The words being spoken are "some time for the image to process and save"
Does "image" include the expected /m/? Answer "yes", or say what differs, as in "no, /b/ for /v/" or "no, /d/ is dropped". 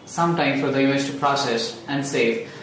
no, /m/ is dropped